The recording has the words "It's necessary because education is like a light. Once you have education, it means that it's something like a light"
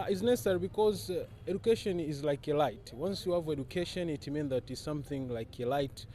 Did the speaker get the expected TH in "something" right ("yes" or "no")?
yes